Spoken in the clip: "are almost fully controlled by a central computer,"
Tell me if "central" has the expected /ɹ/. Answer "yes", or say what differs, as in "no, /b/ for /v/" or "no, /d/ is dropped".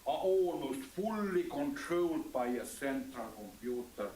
no, /ɹ/ is dropped